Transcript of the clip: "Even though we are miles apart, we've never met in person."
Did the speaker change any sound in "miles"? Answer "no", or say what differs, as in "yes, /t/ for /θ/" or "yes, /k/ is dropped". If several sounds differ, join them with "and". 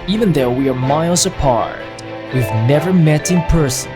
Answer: no